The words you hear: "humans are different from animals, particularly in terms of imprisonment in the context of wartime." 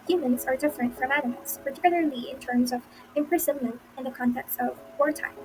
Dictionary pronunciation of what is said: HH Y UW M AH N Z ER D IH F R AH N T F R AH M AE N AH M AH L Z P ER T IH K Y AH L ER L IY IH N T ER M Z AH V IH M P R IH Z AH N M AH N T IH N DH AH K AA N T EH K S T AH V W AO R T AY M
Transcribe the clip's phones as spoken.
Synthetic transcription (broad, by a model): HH Y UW M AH N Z ER D IH F R AH N T F R AH M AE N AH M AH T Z P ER T IH K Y L ER L IY IH N T ER M Z AH V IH M P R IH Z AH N M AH N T IH N DH AH K AA N T EH K S T AH V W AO R T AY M